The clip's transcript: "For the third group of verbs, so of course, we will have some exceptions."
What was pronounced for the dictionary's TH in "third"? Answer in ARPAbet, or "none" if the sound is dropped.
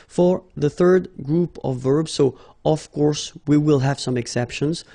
TH